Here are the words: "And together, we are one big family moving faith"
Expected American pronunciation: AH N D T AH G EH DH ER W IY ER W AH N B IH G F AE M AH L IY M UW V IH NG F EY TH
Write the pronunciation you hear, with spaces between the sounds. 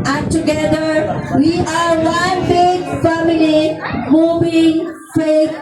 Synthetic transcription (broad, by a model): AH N T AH G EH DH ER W IY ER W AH N B IH G F AE M AH L IY M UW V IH NG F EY